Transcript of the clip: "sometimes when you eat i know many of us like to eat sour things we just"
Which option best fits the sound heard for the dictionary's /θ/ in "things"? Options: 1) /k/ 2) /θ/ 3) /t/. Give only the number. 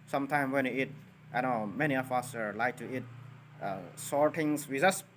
3